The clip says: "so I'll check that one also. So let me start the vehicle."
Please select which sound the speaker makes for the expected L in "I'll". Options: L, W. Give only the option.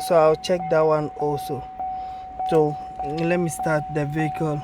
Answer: W